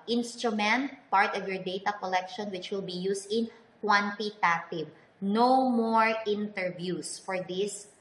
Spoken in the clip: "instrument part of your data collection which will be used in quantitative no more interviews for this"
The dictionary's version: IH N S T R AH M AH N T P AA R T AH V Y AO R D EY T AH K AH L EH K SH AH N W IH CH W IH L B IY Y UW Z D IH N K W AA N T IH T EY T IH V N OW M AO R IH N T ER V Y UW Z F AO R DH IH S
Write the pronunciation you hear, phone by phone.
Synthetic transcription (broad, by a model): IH N S T R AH M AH N T P AA R T AH V Y AO R D EY T AH K AH L EH K SH AH N W IH CH W IH L B IY Y UW S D IH N K W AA N T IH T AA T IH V N OW M AO R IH N T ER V Y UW S F AO R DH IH S